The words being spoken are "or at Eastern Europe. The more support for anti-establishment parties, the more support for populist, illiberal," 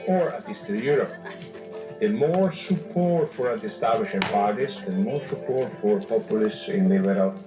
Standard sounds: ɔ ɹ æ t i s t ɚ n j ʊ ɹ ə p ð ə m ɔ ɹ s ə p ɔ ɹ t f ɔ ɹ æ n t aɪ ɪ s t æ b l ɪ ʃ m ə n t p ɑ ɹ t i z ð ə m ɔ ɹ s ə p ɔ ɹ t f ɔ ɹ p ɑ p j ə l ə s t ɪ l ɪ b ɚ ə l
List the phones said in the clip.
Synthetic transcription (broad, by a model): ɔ ɹ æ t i s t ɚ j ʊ ɹ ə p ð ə m ɔ ɹ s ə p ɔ ɹ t f ɔ ɹ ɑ t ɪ s t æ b l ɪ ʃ ə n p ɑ ɹ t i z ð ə m ɔ ɹ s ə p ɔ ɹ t f ɔ ɹ p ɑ p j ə l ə s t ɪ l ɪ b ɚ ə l